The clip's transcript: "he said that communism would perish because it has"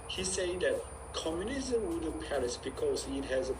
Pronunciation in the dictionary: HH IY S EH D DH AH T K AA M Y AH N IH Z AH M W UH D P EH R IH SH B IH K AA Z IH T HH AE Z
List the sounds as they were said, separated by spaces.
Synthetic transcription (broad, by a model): HH IY S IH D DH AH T K AA M Y AH N IH Z AH M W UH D P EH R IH S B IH K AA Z IH T HH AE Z